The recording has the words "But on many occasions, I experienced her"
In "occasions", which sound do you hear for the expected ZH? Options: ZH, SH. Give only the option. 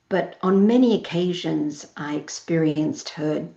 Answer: ZH